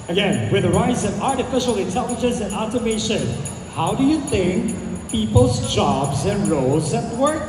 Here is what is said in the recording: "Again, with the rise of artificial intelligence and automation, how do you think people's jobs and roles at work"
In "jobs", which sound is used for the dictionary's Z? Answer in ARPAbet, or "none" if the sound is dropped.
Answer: Z